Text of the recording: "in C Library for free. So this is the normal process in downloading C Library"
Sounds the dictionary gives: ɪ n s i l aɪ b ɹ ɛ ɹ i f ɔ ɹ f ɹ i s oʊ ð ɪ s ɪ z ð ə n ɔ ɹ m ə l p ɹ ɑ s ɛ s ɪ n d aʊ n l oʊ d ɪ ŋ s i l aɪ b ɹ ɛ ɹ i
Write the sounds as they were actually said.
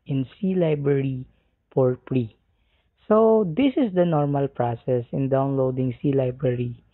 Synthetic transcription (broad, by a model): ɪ n s i l aɪ b ɹ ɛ ɹ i p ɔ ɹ p ɹ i s oʊ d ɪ s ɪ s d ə n ɔ ɹ m ə l p ɹ ɑ s ɛ s ɪ n d aʊ n l oʊ d ɪ ŋ s i l aɪ b ɹ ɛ ɹ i